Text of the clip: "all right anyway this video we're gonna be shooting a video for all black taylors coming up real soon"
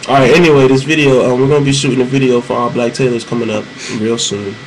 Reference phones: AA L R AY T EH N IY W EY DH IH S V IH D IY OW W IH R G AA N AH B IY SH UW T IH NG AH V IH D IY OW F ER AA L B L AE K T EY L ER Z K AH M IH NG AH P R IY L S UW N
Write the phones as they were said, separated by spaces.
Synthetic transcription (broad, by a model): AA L R AY T EH N IY W EY DH IH S V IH D IY OW W IH R G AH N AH B IY SH UW T IH NG AH V IH D IY OW F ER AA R B L AE K T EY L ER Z K AH M IH NG AH P R IY L S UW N